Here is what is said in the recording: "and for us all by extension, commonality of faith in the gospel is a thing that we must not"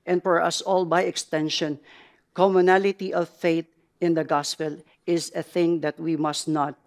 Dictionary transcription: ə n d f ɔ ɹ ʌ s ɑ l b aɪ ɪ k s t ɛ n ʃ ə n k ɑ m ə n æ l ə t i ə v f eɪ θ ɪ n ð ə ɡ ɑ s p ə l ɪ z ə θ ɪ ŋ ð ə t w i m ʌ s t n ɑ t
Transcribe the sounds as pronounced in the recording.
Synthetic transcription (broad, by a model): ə n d f ɔ ɹ ʌ s ɑ l b aɪ ɪ k s t ɛ n ʃ ə n k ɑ m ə n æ l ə t i ə v f eɪ t ɪ n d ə ɡ ɑ s p ə l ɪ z ə θ ɪ ŋ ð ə t w i m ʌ s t n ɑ t